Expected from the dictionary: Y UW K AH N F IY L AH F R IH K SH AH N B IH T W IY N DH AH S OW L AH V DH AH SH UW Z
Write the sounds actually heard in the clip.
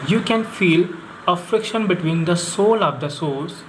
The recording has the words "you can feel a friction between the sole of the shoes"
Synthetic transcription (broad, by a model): Y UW K AH N F IY L AH F R IH K SH AH N B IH T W IY N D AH S OW L AH V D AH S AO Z